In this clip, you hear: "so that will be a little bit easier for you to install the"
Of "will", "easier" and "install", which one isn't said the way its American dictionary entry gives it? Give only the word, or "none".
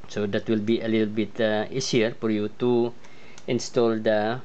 easier